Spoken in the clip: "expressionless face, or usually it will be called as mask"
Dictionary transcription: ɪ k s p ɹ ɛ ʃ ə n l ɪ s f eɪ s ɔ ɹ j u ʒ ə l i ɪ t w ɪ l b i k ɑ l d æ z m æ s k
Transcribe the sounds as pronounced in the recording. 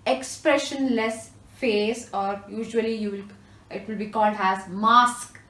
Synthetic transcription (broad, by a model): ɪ k s p ɹ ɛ ʃ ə n l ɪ s f eɪ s ɔ ɹ j u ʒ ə l i ɪ t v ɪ l b i k ɑ l d æ z m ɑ s k